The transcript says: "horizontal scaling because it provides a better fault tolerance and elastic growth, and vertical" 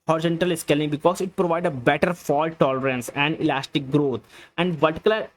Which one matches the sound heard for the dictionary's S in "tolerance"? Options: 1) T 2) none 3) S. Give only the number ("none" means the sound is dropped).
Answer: 3